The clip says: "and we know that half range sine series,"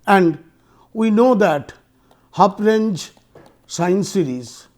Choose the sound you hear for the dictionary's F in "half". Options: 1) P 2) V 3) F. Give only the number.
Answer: 1